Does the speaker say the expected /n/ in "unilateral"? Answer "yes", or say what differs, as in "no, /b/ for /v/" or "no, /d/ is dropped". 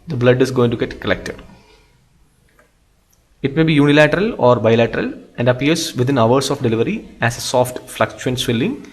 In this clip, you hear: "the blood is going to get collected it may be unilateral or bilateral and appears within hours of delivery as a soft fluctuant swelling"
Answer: yes